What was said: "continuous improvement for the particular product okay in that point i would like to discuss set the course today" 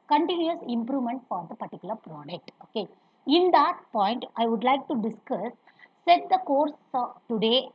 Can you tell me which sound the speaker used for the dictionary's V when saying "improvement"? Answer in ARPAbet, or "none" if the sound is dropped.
V